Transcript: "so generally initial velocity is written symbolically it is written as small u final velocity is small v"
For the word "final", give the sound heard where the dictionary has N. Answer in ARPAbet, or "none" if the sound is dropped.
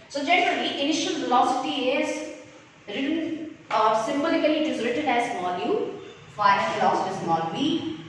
none